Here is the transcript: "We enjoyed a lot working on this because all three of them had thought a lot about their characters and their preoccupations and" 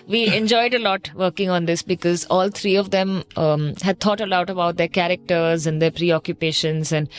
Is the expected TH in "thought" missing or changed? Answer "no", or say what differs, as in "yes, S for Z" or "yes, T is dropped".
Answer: yes, T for TH